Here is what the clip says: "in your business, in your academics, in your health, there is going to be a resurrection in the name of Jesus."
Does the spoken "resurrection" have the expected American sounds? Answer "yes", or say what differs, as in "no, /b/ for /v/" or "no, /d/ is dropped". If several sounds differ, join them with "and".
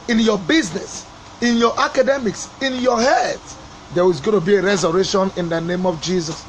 no, /k/ is dropped